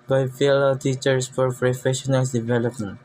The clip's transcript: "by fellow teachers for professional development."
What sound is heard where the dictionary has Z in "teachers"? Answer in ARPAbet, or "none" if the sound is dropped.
S